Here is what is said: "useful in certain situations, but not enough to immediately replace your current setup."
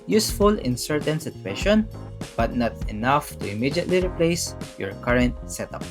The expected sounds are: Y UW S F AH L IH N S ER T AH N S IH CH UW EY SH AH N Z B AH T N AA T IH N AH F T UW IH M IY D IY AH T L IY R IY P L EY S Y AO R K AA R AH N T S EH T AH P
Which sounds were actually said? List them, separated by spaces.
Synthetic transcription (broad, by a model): Y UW S F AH L IH N S ER T AH N S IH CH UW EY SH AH N B AH T N AA T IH N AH F T UW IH M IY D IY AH T L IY R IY P L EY S Y AO R K AA R AH N T S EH T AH P